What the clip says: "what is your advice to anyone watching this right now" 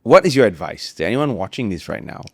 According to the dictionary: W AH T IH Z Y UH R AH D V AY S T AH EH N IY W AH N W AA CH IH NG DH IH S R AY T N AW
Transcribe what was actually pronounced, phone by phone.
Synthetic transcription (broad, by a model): W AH T IH Z Y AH R AH D V AY S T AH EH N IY W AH N W AA CH IH NG DH IH S R AY T N AW